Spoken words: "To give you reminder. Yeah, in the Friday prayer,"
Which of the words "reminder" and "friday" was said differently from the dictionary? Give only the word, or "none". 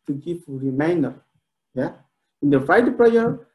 friday